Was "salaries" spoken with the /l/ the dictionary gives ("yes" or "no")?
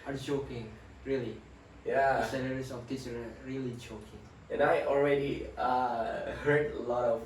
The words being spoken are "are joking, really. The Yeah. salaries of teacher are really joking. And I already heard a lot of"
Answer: no